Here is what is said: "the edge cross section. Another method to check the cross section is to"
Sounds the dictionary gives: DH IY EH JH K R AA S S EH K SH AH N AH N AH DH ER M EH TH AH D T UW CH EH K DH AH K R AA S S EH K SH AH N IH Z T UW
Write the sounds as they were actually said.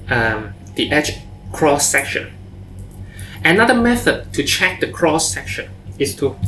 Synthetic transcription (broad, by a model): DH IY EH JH K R AA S S EH K SH AH N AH N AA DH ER M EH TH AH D T UW CH EH K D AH K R AA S S EH K SH AH N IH S T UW